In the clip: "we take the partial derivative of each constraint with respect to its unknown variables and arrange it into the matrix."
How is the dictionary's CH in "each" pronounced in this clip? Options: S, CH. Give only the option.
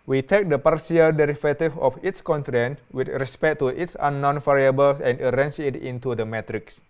S